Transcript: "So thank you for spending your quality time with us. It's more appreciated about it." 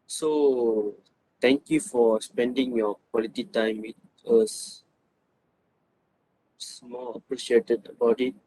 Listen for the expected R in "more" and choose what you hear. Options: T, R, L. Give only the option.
L